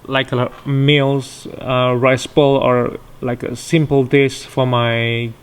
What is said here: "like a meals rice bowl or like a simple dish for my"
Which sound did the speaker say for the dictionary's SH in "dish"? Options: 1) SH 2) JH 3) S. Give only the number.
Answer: 3